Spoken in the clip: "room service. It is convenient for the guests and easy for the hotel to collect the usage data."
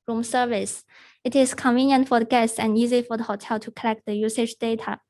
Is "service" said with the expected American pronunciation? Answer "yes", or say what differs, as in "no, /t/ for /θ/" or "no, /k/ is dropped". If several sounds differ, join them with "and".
yes